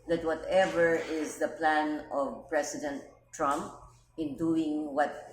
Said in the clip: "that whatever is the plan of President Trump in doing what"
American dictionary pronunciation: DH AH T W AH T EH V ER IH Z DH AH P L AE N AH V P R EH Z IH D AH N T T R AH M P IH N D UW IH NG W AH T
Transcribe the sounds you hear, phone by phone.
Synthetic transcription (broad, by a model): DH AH T W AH T EH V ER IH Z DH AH P L AE N AH V P R EH S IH D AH N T T R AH M P IH N D UW IH NG W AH T